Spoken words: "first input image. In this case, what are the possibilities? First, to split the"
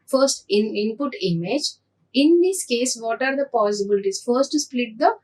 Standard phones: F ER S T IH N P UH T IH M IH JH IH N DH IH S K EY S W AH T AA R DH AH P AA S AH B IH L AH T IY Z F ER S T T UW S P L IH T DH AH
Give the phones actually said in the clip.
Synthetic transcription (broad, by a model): F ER S T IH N P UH T IH M IH JH IH N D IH S K EY S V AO T AA R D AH P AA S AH B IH L T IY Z F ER S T T UW S P L IH T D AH